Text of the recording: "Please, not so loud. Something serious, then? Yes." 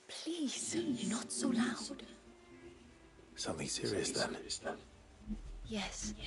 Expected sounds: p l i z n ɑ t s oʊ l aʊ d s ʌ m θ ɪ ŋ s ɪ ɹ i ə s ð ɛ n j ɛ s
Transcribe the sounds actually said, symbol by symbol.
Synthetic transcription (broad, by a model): p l i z n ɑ t s oʊ l aʊ d s ʌ m θ ɪ ŋ s ɪ ɹ i ə s ð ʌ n j ɛ s